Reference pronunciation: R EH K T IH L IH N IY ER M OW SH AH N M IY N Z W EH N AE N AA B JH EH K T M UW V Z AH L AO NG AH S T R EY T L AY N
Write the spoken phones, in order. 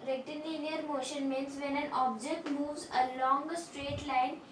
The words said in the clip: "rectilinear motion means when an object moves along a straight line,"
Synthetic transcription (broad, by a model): R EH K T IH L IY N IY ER M OW SH AH N M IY N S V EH N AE N AA B JH EH K T M UW V Z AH L AO NG AH S T R EY T L AY N